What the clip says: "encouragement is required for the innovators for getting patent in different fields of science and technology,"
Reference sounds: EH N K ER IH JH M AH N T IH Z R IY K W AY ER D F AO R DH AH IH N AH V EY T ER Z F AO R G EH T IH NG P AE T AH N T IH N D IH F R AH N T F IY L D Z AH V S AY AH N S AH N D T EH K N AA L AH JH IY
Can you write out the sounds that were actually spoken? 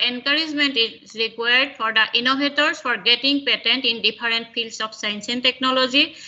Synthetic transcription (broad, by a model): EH N K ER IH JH M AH N T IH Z R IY K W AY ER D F AO R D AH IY N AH B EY T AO S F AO R G EH T IH NG P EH T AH N T IH N D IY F R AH N T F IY L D S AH P S AY AH N S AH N T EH K N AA L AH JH IY